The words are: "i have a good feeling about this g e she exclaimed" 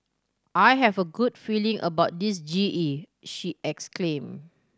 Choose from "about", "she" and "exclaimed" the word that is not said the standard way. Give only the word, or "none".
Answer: exclaimed